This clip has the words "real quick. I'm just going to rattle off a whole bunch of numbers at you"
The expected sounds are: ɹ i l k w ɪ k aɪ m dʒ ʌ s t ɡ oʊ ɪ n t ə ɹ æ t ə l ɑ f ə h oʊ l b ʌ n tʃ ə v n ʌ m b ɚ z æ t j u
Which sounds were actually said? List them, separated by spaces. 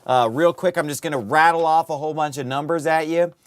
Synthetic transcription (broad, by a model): ɹ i l k w ɪ k aɪ m dʒ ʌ s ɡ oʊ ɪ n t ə ɹ æ t l ɑ f ə h oʊ l b ʌ n tʃ ə v n ʌ m b ɚ z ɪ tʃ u